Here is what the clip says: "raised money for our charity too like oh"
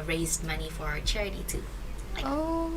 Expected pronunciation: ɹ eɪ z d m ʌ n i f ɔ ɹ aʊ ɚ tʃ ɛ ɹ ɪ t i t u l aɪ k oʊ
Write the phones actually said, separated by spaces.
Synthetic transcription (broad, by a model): ɹ eɪ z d m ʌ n i f ɔ ɹ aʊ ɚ tʃ ɛ ɹ ɪ t i t u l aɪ oʊ